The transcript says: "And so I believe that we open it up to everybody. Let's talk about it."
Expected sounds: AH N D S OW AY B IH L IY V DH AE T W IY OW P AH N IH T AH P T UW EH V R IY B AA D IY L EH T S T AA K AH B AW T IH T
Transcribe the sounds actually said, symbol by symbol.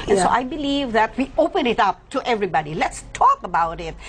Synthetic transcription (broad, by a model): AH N S OW AY B IH L IY V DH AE T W IY OW P AH N IH T AH P T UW EH V R IY B AA D IY L EH T S T AA K AH B AW T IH T